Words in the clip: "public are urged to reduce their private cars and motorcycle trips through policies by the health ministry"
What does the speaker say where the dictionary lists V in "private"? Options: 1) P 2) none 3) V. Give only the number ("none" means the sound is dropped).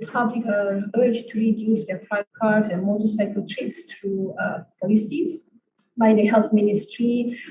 2